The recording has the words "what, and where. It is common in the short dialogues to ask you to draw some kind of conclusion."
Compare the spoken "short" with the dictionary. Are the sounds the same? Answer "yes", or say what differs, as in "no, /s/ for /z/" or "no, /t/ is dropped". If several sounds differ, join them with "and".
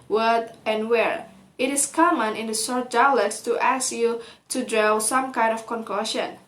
no, /s/ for /ʃ/